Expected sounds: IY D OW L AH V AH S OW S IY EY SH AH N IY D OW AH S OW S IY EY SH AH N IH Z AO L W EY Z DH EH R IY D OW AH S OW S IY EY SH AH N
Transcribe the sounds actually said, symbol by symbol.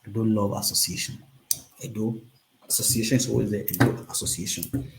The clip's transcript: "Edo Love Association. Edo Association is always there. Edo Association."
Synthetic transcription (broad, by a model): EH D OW L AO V AH S OW S IY EY SH AH N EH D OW AH S OW S IY EY SH AH N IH S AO W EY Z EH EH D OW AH S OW S IY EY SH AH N